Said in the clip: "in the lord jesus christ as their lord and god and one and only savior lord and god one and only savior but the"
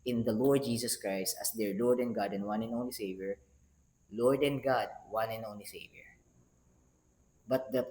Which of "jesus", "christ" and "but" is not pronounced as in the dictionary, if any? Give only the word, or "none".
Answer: jesus